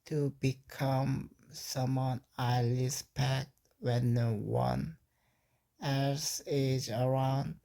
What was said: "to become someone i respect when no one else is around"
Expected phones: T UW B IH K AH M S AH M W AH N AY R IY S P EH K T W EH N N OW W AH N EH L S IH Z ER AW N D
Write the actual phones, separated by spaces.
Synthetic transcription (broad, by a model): T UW B IH K AH M S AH M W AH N AY L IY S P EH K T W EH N N OW W AH N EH S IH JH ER AW N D